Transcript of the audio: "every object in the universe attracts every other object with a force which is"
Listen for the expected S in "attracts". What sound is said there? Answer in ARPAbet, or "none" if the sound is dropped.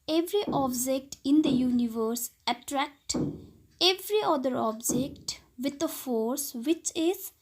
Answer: none